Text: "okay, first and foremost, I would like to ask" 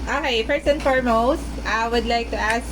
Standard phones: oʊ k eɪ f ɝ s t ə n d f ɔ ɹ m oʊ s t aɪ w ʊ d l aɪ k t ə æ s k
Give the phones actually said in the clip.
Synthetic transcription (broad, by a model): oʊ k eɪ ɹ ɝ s ə n f ɔ ɹ m oʊ s t aɪ w ʊ d l aɪ k t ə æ s